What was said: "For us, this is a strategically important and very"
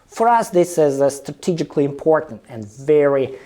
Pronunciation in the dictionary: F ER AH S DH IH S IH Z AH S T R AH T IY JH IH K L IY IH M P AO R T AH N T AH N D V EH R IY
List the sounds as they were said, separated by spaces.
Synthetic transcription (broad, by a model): F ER AH S DH IH S IH Z AH S T R AH T IY JH IH K L IY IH M P AO R T N T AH N V EH R IY